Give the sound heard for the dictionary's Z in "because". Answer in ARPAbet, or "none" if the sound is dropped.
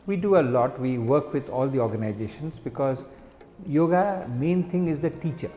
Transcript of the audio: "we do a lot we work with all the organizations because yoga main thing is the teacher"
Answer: Z